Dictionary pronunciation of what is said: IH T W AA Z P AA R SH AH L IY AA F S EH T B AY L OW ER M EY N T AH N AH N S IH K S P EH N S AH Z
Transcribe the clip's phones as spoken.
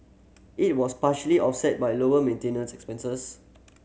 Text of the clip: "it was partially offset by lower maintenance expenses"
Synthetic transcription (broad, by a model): IH T W AA S P AA SH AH L IY AA F S EH T B AY L OW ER M EY N T AH N AH N S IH K S P EH N S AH S